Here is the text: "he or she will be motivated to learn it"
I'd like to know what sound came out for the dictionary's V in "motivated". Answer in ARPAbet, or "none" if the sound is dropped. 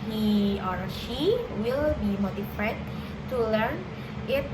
F